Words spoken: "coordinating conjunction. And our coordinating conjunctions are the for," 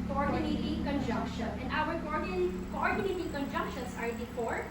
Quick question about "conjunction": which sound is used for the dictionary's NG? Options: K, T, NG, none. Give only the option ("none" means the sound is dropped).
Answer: NG